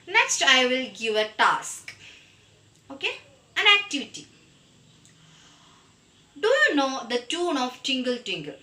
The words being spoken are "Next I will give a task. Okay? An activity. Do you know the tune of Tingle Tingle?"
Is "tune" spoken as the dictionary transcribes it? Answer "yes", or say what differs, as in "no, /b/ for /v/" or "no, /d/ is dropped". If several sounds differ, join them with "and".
yes